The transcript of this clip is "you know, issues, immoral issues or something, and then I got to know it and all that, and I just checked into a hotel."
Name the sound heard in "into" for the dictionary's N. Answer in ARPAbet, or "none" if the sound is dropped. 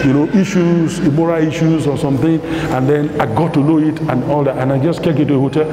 none